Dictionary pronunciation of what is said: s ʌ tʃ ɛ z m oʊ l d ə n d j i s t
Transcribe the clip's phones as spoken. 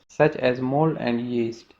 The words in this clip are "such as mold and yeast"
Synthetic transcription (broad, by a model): s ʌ tʃ ɛ z m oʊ l ə n d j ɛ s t